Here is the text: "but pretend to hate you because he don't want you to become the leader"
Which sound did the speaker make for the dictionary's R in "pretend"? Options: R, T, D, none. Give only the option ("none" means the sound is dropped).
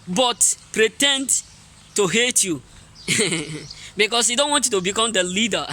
R